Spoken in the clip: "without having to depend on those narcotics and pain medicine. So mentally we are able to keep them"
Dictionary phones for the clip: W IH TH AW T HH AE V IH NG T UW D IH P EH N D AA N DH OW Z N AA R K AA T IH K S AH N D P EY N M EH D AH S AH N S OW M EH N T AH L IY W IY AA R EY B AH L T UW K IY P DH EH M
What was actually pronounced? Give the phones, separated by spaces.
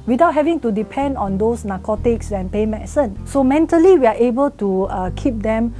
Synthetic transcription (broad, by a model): W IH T AW T HH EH V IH NG T UW D IH P EH N D AA N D OW S N AA K AA T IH K S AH N P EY M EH S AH N S OW M EH N T AH L IY W IY AA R EY B AH L T UW K IY P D EH M